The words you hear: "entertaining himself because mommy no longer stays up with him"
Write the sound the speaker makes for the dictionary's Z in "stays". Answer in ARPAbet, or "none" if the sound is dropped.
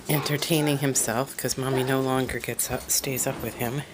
Z